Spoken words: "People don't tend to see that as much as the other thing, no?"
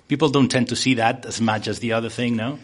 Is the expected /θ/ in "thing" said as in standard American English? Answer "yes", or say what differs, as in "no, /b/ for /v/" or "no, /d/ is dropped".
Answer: yes